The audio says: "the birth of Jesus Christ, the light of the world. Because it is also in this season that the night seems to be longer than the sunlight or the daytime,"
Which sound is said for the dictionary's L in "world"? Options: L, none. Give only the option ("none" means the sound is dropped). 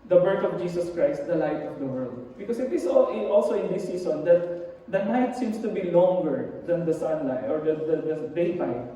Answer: L